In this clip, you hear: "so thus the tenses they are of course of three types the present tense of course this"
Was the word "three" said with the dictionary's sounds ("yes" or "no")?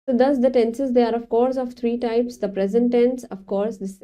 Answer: no